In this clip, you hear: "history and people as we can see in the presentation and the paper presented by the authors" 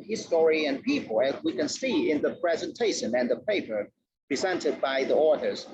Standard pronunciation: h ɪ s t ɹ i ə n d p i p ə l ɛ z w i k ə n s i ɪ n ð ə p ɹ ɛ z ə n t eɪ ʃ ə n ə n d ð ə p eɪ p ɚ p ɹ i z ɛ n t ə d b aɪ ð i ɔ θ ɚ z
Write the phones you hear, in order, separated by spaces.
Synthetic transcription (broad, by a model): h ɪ s t ɹ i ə n p i p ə l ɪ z w i k ə n s i ɪ n ð ə p ɹ ɛ z ə n t eɪ ʃ ə n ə n ð ə p eɪ p ɚ p ɹ i z ɛ n t ə d b aɪ ð i ɔ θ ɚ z